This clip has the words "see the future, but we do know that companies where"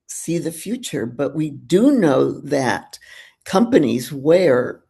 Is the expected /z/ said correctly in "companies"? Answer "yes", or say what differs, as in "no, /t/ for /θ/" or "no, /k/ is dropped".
yes